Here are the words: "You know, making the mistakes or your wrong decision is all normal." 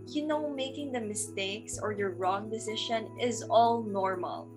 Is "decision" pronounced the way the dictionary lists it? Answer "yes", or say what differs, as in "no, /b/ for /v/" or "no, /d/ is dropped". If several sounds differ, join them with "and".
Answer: no, /ʃ/ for /ʒ/